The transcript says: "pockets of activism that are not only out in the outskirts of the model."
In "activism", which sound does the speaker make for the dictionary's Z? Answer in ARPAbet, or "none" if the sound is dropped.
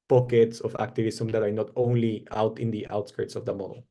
S